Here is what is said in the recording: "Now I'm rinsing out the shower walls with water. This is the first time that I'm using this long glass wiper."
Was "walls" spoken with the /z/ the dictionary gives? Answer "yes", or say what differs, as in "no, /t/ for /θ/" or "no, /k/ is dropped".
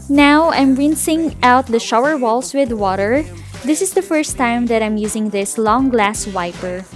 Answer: no, /s/ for /z/